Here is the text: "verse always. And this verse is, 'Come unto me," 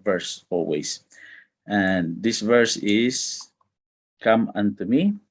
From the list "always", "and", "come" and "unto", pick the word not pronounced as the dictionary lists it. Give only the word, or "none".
always